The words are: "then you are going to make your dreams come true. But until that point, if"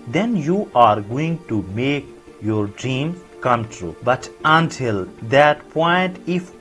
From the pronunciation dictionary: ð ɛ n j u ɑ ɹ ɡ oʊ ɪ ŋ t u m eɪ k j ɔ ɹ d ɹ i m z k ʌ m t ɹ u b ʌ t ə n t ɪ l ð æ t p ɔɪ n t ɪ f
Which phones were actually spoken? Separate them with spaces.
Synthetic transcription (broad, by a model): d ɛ n j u ɑ ɹ ɡ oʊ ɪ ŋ t u m eɪ k j ɔ ɹ d ɹ i m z k ʌ m t ɹ u b ʌ t ə n t ɪ l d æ t p ɔɪ n t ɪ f